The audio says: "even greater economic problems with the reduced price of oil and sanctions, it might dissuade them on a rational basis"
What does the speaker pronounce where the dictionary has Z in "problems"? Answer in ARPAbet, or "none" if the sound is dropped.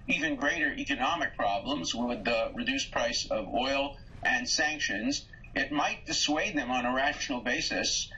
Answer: Z